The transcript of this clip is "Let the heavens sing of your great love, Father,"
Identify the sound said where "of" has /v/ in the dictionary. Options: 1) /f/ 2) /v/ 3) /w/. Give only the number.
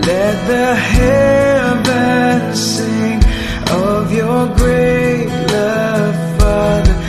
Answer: 2